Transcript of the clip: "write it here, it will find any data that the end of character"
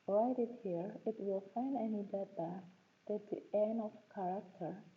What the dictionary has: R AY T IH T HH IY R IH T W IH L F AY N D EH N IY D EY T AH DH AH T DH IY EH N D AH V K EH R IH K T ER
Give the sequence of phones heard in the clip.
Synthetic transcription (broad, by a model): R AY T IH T HH IY R IH T W IH L F AY N D EH N IY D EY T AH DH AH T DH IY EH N AH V K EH R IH K T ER